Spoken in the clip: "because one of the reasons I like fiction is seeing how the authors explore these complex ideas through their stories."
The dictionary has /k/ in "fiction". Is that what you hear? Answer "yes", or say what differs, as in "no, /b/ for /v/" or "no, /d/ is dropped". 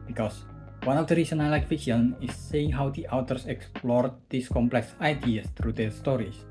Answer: no, /k/ is dropped